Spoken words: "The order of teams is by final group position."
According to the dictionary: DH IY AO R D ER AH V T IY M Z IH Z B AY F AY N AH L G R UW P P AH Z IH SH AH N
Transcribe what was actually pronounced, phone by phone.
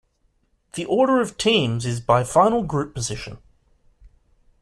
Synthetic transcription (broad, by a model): DH IY AO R D ER AH V T IY M Z IH Z B AY F AY N AH L G R UW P P AH Z IH SH AH N